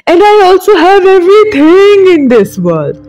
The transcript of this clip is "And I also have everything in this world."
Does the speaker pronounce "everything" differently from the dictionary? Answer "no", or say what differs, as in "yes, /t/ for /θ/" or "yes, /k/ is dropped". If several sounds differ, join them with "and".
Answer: yes, /t/ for /θ/